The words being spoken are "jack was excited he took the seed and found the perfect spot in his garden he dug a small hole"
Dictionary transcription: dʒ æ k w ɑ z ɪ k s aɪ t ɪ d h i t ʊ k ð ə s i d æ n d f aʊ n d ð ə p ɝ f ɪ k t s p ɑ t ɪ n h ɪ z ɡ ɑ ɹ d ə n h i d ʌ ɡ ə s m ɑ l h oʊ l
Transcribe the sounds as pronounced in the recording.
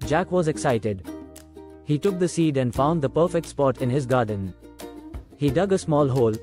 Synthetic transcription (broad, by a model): dʒ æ k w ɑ z ɪ k s aɪ t ɪ d h i t ʊ k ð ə s i d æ n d f aʊ n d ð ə p ɝ f ɪ k t s p ɑ t ɪ n h ɪ z ɡ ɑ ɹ d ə n h i d ʌ ɡ ə s m ɑ l h oʊ l